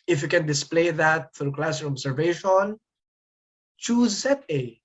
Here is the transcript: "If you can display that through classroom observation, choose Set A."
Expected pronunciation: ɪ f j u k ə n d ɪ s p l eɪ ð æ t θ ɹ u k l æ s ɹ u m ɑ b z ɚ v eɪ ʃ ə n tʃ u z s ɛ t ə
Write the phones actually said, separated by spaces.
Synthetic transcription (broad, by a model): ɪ f j u k ə n d ɪ s p l eɪ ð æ t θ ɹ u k l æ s ʌ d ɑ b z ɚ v eɪ ʃ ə n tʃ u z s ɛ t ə